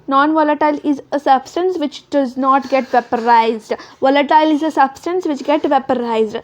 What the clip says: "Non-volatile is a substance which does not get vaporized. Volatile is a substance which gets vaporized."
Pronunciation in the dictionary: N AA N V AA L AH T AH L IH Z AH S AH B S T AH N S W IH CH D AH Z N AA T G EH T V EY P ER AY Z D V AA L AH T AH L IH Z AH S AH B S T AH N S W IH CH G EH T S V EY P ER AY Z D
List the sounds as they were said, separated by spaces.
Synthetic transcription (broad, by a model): N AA N V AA L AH T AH L IH Z AH S AH B S T AH N S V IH CH D AH Z N AA T G EH T V EY P ER AY Z D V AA L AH T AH L IH Z AH S AH B S T AH N S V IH CH G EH T V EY P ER AY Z D